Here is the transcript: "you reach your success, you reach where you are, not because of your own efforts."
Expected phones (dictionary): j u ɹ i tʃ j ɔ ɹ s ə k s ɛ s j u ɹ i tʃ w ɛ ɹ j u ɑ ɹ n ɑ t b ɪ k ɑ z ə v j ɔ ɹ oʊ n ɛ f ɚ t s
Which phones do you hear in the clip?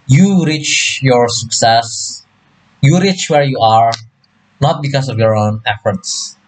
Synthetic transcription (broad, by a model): j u ɹ i tʃ j ɔ ɹ s ə k s ɛ s j u ɹ i tʃ w ɛ ɹ j u ɑ ɹ n ɑ t b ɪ k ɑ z ə v j ɔ ɹ oʊ n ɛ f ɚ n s